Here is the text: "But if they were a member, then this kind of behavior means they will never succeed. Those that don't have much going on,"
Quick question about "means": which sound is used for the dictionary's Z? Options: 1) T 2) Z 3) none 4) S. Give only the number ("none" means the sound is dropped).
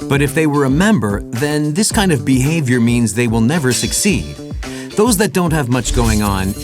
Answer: 2